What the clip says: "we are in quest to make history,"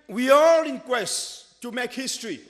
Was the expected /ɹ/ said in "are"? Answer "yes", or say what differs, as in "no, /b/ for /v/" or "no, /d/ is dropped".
no, /l/ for /ɹ/